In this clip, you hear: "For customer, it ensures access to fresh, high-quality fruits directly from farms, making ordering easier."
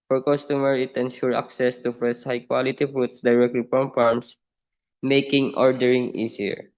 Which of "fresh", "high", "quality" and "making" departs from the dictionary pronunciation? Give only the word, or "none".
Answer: fresh